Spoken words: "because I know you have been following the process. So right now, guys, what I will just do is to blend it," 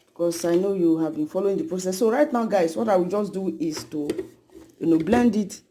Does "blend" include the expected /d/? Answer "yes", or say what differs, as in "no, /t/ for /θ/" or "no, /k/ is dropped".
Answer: yes